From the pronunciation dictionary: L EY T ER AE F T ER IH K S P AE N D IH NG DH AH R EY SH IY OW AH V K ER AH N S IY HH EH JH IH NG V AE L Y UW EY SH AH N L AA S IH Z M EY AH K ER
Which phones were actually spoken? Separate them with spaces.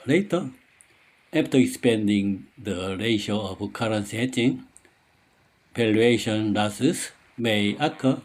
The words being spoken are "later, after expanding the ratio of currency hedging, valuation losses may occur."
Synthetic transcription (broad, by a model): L EY T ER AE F T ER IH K S P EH N D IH NG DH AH R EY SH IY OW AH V K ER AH N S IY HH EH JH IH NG P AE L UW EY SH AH N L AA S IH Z M EY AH K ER